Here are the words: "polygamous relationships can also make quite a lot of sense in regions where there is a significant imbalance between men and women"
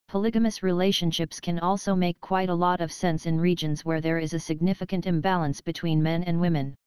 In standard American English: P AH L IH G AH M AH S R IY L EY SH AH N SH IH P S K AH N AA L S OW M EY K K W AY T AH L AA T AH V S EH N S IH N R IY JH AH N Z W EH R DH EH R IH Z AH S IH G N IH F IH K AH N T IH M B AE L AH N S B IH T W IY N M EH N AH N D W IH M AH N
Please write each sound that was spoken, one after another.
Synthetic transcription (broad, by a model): P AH L IH G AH M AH S R IY L EY SH AH N SH IH P S K AH N AA L S OW M EY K K W AY T AH L AA T AH V S EH N S IH N R IY JH AH N Z W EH R DH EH R IH Z AH S IH G N IH F IH K AH N T IH M B AE L AH N S B IH T W IY N M EH N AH N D W IH M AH N